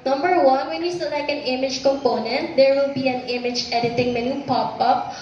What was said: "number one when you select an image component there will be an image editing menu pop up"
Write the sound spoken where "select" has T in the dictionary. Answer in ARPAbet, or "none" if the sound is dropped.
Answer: none